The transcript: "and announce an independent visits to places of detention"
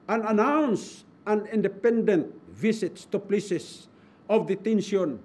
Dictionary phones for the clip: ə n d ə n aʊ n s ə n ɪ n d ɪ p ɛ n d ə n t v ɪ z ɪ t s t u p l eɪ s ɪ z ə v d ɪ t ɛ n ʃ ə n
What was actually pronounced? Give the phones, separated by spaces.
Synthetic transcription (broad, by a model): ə n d ə n aʊ n s ə n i n d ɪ p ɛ n d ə n t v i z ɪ t s t u p l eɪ s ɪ s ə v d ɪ t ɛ n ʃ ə n